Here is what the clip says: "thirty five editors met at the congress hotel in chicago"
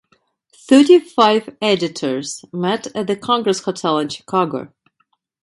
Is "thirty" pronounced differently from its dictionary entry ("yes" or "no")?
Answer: no